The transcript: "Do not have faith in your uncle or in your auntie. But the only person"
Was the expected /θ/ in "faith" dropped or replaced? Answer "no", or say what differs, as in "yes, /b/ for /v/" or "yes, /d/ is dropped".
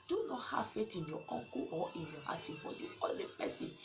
yes, /t/ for /θ/